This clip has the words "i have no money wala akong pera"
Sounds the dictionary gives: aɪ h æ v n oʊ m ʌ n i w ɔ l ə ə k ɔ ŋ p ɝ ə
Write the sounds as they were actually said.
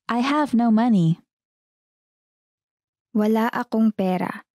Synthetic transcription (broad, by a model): aɪ h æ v n oʊ m ʌ n i w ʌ l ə ə k ɔ ŋ p ɝ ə